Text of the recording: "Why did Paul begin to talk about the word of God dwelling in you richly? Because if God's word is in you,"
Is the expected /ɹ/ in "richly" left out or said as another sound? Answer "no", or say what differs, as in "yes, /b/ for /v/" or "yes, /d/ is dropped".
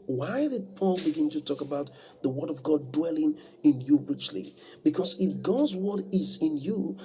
no